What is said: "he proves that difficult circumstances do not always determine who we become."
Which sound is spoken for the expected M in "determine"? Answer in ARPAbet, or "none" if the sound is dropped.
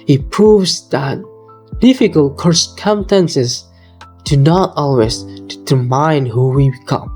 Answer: none